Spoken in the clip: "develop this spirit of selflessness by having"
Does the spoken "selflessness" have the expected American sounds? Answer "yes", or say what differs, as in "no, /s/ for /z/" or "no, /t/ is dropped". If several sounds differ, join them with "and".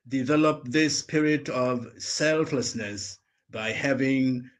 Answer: yes